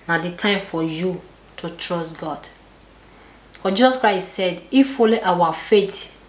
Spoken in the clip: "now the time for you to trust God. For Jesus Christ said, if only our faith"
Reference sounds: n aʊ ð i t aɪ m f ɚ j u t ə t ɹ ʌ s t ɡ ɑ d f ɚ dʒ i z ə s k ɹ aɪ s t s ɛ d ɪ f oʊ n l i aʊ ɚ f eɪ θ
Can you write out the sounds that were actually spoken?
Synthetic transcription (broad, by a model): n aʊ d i t aɪ m f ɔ j u t ə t ɹ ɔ s t ɡ ɑ d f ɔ dʒ i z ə s k ɹ aɪ s t s ɛ d ɪ f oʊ l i aʊ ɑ f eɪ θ